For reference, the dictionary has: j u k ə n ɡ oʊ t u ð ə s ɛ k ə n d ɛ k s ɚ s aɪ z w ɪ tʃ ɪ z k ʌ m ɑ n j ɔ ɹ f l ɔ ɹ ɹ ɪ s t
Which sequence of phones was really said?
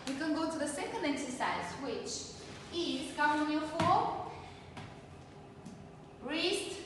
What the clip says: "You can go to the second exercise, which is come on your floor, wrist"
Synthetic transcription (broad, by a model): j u k ə n ɡ oʊ t u ð ə s ɛ k ə n d ɛ k s ɚ s aɪ z w ɪ tʃ ɪ z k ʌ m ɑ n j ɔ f ɔ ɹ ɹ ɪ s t